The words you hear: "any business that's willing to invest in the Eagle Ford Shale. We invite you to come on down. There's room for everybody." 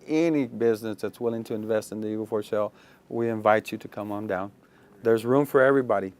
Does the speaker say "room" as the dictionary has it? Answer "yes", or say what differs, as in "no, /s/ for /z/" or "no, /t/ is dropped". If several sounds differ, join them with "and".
yes